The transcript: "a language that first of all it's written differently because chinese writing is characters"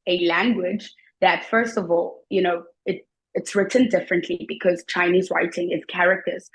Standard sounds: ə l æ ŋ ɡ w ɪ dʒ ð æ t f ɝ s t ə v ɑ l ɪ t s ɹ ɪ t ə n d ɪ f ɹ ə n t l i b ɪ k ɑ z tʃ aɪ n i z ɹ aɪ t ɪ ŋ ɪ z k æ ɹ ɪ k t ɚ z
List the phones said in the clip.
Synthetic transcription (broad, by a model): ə l æ ŋ ɡ w ɪ dʒ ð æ t f ɝ s t ə v ɑ l ɪ t s ɹ ɪ t ə n d ɪ f ɹ ə n t l i b ɪ k ɑ z tʃ aɪ n i z ɹ aɪ t ɪ ŋ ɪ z k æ ɹ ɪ k t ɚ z